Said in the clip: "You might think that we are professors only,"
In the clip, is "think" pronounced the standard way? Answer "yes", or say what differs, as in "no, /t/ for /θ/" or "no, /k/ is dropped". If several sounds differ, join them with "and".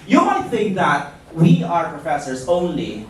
yes